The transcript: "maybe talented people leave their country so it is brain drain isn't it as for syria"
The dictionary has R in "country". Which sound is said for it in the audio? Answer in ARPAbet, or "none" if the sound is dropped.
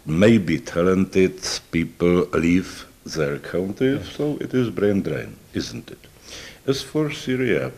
none